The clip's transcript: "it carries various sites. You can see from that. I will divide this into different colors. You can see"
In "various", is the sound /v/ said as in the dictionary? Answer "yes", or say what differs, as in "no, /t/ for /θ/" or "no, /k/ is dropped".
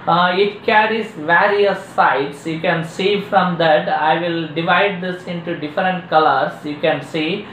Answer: yes